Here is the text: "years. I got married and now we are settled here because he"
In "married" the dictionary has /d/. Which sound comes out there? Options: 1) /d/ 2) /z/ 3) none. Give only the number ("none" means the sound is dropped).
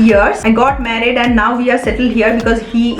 1